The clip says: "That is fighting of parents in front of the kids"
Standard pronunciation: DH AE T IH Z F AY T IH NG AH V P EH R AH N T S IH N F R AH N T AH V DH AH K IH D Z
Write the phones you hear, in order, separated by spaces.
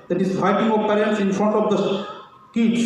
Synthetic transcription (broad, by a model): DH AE T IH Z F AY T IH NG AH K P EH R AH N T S IH N F R AH N T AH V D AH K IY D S